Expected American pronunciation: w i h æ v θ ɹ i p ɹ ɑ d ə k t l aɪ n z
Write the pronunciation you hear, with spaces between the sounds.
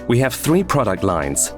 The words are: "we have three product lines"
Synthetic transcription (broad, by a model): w i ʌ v θ ɹ i p ɹ ɑ d ə k t l aɪ n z